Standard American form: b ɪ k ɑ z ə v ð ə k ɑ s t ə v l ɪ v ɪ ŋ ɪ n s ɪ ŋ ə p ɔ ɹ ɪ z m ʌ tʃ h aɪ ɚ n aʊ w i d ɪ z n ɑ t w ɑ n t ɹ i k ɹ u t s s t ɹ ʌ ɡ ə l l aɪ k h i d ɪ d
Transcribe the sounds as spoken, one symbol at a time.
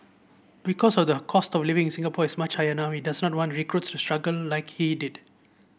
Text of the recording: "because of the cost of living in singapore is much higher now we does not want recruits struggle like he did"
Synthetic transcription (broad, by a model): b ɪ k ɑ s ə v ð ə k ɑ s t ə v l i v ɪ ŋ s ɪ ŋ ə p ɔ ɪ s m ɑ tʃ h aɪ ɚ n aʊ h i d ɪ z n ɑ t w ɑ n t ɹ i k ɹ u t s s t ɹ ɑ ɡ ə l l aɪ k h i d ɪ d